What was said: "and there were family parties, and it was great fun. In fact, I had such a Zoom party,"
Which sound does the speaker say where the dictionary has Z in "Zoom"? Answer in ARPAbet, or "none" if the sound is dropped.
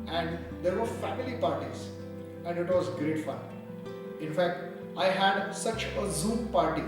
Z